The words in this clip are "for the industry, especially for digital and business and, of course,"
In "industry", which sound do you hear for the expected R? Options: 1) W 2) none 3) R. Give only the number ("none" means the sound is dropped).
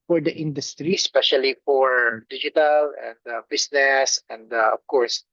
3